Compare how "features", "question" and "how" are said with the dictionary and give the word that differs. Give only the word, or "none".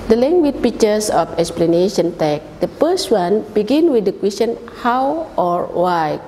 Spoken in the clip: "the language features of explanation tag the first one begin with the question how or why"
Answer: features